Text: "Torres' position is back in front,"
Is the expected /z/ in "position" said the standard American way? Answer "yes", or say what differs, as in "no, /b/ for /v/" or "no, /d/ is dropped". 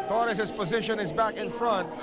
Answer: yes